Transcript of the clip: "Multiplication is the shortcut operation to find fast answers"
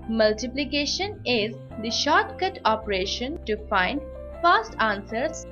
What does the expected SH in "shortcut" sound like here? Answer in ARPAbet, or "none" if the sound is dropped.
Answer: SH